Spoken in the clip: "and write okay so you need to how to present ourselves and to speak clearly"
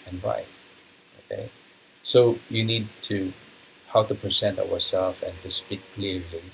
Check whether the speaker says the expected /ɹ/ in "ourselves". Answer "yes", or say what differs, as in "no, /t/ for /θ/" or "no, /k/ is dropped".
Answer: no, /w/ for /ɹ/